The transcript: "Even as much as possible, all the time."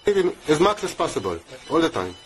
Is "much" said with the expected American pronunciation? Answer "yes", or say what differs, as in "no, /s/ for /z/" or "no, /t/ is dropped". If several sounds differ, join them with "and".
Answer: no, /s/ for /tʃ/